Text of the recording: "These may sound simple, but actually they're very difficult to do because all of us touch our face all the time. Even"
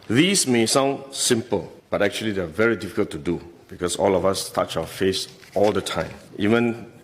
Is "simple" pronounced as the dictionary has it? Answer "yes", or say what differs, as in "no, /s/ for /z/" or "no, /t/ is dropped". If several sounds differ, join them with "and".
yes